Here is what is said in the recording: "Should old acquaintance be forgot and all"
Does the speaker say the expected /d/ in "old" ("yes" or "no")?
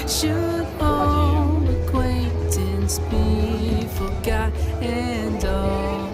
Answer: no